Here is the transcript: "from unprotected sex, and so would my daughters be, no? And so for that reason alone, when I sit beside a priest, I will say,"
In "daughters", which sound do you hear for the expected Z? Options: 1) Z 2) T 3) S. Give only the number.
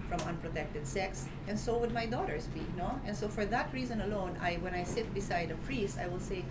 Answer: 3